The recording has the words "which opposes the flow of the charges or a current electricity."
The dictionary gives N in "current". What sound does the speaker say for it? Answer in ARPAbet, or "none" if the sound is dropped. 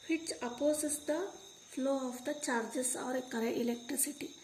none